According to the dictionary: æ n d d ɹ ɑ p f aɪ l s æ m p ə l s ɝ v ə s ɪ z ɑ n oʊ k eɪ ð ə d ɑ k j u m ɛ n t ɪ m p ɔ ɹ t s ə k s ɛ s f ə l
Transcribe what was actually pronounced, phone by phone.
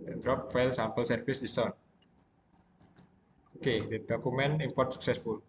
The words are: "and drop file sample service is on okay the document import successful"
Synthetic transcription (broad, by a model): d d ɹ ɑ p f aɪ l s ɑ m p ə l s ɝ f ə s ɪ s ɑ n oʊ k eɪ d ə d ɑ k u m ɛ n ɪ m p ɔ ɹ t s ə k s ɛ s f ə l